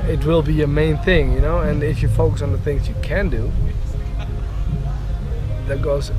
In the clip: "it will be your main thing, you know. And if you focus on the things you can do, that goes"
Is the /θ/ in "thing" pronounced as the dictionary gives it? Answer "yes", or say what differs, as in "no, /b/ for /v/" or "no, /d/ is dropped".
yes